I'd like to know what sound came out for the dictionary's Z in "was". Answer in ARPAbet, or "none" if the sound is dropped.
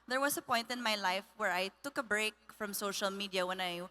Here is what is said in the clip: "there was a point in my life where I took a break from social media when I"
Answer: S